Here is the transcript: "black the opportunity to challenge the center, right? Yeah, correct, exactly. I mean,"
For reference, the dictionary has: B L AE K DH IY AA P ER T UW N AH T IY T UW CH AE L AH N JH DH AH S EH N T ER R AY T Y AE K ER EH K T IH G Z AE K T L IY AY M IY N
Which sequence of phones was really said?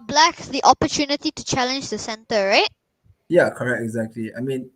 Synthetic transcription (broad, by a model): B L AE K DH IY AA P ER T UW N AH T IY T UW CH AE L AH N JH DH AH S EH N T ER R AY T Y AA K ER EH K T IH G Z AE K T L IY AY M IY N